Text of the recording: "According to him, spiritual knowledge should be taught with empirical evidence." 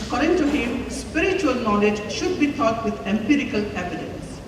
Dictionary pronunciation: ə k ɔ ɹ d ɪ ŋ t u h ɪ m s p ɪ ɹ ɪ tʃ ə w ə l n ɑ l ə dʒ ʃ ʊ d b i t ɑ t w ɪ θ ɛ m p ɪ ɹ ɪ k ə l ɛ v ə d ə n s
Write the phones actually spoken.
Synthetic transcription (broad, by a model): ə k ɔ ɹ d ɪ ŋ t u h ɪ m s p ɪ ɹ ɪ tʃ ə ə l n ɑ l ə dʒ ʃ ʊ d b i t ɑ t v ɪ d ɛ m p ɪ ɹ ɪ k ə l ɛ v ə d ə n s